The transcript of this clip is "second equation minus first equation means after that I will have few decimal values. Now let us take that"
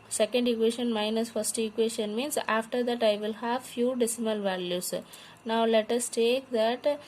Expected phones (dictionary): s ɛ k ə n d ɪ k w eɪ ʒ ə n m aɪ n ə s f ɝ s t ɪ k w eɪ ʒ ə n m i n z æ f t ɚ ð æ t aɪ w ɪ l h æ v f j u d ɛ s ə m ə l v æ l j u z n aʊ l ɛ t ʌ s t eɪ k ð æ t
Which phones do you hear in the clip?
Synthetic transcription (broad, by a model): s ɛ k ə n d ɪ k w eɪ ʃ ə n m aɪ n ə s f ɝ s t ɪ k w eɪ ʃ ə n m i n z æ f t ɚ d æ t aɪ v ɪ l h æ v f j u d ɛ s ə m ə l v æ l j u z n aʊ l ɛ t ʌ s t eɪ k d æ t